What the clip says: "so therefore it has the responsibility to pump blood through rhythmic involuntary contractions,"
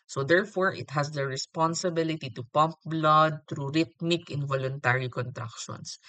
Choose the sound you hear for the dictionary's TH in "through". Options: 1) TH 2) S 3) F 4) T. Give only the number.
4